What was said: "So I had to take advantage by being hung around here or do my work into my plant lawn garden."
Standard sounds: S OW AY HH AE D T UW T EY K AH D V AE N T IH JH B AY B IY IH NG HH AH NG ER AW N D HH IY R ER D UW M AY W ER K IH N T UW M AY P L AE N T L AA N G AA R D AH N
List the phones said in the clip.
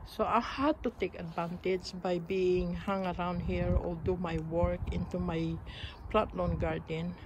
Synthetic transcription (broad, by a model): S OW AY HH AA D T UW T EY K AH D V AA N T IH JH B AY B IY IH NG HH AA NG ER AW N D HH IY R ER D UW M AY W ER K IH N T UW M AY P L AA T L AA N G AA R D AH N